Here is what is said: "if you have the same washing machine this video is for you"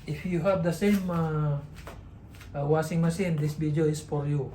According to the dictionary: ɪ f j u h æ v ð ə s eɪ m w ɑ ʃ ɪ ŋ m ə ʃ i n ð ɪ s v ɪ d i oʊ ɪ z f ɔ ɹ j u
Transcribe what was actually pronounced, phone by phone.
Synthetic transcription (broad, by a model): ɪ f j u h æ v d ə s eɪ m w ɑ s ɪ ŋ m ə s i n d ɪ s b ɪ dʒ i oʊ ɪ s f ɔ ɹ j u